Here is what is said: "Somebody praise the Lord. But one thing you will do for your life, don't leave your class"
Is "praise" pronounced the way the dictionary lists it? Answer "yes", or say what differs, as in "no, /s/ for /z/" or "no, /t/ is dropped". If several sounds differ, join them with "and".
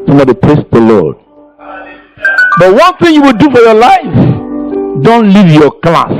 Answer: no, /s/ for /z/